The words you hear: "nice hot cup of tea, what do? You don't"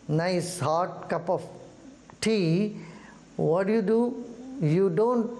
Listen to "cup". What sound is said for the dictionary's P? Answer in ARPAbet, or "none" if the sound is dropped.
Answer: P